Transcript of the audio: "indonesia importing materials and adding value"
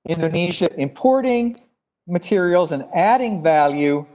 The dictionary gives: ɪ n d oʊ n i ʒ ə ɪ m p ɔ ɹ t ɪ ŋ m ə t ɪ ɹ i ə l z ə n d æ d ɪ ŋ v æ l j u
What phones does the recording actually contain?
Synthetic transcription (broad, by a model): ɪ n d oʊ n i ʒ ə ɪ m p ɔ ɹ t ɪ ŋ m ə t ɪ ɹ i l z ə n æ d ɪ ŋ v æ l j u